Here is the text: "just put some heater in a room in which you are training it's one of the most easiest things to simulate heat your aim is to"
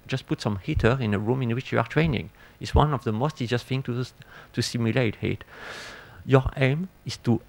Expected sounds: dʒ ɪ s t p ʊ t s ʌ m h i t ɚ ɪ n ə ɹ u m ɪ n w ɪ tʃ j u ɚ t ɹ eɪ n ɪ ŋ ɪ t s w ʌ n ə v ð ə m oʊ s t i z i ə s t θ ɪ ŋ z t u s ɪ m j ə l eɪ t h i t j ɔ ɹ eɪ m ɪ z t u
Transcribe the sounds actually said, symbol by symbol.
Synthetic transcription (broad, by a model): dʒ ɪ s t p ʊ t s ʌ m h i t ɚ ɪ n ə ɹ u m ɪ n w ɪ tʃ j u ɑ t ɹ eɪ n ɪ ŋ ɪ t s w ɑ n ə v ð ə m oʊ s t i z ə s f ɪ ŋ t t u s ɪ m j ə l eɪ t h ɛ t j ɔ ɹ eɪ m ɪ s t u